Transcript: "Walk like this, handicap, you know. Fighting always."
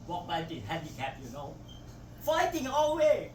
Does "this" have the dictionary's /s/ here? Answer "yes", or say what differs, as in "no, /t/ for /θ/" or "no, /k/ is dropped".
no, /s/ is dropped